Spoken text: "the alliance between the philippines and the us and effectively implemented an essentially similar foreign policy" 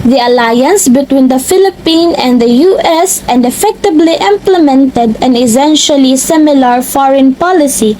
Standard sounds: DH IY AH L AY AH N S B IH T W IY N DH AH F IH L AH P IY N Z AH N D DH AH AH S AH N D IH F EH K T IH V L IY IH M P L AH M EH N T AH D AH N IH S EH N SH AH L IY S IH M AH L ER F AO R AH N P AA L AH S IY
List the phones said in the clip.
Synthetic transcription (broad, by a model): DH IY AH L AY AH N S B IH T W IY N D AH F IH L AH P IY N AH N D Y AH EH S AH N D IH F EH K T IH B L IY IH M P L AH M EH N T AH D AH N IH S EH N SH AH L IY S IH M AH L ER F AO R AH N P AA L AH S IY